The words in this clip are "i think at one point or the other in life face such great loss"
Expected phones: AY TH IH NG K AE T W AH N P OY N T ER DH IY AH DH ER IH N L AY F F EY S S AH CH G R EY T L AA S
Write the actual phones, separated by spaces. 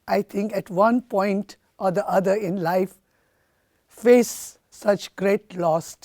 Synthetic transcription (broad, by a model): AY T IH NG K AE T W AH N P OY N T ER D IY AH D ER IH N L AY F F EY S S AH CH G R EY T L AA S